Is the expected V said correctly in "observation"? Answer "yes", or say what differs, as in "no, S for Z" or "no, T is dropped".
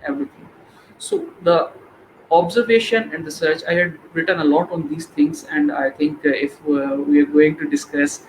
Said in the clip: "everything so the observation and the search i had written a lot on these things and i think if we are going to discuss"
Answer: yes